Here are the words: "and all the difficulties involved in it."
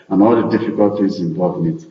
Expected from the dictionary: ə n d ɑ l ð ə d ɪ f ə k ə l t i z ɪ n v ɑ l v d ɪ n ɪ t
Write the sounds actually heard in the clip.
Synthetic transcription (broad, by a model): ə n ɑ l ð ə d ɪ f ə k ə l t i z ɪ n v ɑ l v ɪ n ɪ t